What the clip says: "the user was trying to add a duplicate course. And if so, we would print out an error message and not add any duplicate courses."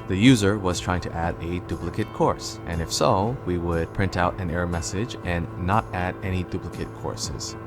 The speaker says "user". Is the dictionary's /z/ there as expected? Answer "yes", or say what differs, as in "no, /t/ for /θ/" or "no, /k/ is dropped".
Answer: yes